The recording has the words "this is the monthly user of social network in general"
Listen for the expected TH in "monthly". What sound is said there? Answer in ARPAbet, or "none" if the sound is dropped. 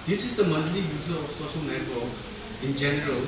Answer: T